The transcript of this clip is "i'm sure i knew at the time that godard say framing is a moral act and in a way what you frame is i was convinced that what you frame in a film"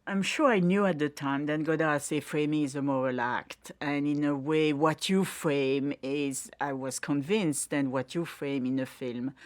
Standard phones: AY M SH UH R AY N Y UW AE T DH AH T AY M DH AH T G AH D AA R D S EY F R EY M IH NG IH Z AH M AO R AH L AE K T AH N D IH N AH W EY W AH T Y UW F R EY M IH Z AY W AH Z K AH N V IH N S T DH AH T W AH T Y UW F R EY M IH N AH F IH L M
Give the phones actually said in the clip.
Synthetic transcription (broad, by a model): AY M SH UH R AY N Y UW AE T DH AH T AY M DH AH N G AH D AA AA S EY F R EY M IH NG IH Z AH M AO R AH L AE K T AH N IH N AH W EY W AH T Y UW F R EY M IH Z AY W AH Z K AH N V IH N S T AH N W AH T Y UW F R EY M IH N AH F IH L M